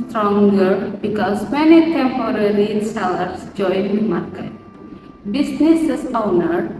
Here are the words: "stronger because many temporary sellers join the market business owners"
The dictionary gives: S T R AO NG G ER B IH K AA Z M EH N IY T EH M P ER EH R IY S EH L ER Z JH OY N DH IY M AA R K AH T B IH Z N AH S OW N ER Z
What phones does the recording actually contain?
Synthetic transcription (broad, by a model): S T R AO NG G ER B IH K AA S M EH N IY T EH M P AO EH R IY S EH L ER S JH OY N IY M AA R K AH T B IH S N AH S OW N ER